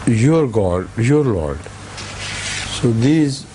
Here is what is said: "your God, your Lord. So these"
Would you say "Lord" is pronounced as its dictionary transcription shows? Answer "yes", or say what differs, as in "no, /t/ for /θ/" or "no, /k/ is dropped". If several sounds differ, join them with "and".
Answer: yes